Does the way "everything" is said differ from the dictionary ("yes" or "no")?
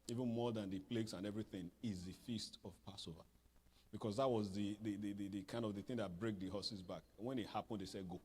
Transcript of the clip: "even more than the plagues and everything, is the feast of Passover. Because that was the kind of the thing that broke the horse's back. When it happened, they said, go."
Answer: no